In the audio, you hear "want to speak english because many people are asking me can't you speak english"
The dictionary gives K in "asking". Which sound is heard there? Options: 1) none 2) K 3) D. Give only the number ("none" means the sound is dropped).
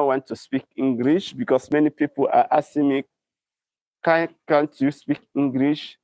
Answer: 1